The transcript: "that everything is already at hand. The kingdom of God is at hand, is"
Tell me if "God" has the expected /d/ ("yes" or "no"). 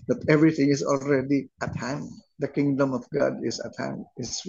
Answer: yes